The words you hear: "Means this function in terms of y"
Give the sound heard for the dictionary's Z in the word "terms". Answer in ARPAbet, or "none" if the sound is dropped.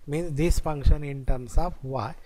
S